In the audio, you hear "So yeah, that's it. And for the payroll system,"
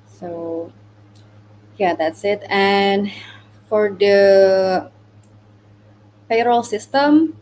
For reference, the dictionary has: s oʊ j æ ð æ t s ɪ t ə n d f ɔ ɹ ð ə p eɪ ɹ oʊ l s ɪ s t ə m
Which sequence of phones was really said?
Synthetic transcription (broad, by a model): s oʊ j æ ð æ t s ɪ t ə n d f ɔ ɹ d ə f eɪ ɹ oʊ l s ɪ s t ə m